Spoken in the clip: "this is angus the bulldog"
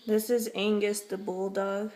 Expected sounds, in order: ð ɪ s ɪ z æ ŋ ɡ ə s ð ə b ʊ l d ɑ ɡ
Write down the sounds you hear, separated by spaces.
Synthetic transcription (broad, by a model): ð ɪ s ɪ z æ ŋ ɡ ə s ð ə b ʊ l d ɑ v